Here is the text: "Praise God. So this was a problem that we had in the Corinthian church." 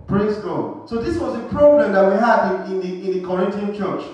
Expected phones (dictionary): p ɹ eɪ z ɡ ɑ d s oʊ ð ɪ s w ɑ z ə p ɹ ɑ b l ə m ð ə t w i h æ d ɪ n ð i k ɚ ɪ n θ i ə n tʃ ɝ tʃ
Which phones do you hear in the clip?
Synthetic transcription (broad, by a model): p ɹ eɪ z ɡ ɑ s oʊ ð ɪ s w ɑ z ə p ɹ ɑ b l ə m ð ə t w i h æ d ɪ n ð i k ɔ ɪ n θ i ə n tʃ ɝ tʃ